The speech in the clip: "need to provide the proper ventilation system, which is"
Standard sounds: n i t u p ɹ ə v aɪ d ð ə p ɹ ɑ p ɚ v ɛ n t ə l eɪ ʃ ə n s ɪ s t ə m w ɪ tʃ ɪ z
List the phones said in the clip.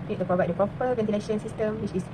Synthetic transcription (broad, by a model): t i t u p ɹ ə v aɪ d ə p ɹ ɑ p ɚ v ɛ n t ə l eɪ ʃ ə n s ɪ s t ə m w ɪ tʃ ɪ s